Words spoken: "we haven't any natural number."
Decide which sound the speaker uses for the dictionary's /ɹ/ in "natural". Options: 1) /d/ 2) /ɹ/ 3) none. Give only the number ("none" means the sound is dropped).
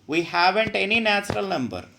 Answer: 2